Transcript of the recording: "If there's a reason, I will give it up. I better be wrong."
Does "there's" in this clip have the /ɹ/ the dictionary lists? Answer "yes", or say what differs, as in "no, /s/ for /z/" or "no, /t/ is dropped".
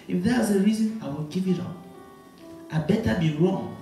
no, /w/ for /ɹ/